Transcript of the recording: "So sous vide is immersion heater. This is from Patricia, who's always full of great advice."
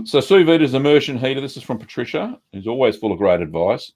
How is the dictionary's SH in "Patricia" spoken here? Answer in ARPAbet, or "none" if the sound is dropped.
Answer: SH